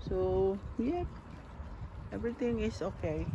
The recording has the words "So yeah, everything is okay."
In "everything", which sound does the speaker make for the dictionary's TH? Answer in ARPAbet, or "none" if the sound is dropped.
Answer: T